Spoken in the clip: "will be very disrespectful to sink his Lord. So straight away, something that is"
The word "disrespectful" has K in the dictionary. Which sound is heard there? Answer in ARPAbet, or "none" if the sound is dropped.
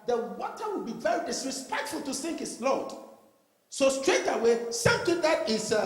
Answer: K